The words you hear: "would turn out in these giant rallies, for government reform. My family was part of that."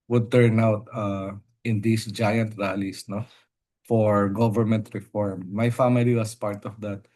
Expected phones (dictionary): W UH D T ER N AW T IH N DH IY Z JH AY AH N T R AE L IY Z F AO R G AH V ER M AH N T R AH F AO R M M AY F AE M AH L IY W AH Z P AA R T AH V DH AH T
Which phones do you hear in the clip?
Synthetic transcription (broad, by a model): W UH D T ER N AW T IH N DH IY S JH AY AH N T R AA L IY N F AO R G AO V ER M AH N T R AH F AO R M M AY F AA M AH L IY W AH S P AA R T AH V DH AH T